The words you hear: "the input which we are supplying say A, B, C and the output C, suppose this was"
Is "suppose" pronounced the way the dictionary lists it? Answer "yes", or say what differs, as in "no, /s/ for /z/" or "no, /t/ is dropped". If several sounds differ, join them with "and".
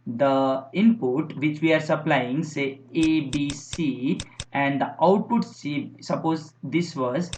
yes